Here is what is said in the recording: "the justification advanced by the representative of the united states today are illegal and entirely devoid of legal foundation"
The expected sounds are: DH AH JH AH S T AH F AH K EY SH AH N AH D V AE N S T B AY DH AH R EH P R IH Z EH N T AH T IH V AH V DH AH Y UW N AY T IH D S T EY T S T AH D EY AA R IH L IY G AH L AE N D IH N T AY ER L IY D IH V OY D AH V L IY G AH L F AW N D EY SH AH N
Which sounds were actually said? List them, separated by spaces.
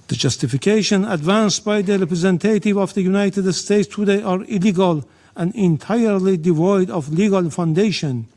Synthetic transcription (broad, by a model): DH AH JH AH S T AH F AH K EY SH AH N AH D V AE N S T B AY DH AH R EH P R IH Z EH N T AH T IH V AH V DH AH Y UW N AY T IH D S T EY T S T AH D EY AA R IH L IY G AH L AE N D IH N T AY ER L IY D IH V OY D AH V L IY G AH L F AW N D EY SH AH N